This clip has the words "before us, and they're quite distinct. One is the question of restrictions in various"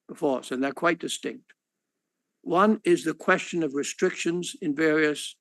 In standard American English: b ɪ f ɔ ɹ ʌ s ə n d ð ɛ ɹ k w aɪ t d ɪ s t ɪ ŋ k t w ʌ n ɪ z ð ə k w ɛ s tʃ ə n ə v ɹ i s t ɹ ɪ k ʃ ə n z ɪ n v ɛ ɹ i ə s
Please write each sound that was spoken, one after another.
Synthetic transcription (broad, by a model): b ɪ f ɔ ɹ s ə n ð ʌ ɹ k w aɪ t d ɪ s t ɪ ŋ k t w ʌ n ɪ z ð ə k w ɛ s tʃ ə n ə v ɹ i s t ɹ ɪ k ʃ ə n z ɪ n v ɛ ɹ i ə s